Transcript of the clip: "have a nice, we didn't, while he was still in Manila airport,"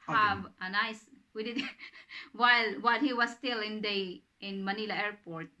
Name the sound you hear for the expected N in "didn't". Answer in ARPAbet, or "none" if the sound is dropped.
L